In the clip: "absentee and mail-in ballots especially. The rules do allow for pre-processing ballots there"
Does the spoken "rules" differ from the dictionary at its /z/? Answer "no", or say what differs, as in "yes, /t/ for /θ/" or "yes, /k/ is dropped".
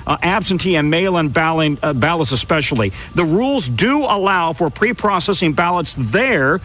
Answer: no